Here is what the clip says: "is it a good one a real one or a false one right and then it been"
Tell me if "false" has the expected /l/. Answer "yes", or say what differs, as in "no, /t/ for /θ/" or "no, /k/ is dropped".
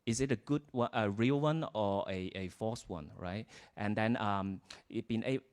no, /l/ is dropped